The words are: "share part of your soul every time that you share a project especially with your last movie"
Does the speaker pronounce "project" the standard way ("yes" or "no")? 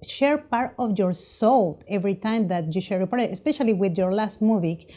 no